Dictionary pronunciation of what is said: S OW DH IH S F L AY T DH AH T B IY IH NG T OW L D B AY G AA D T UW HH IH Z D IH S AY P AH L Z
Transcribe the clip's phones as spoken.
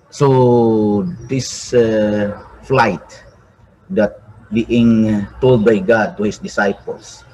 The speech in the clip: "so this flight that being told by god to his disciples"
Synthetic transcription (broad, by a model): S OW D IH S F L AY T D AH T B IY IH NG T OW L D B AY G AA D T UW HH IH S D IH S AY P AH L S